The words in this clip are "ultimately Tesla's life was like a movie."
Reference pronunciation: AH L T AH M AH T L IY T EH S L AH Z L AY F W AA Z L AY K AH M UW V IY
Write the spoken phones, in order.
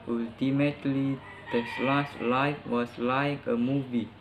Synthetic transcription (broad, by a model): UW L T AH M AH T L IY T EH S L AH S L AY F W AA S L AY K AH M UW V IY